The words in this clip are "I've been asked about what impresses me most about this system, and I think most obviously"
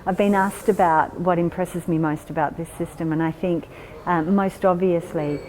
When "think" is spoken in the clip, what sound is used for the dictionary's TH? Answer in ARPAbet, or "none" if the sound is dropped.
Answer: TH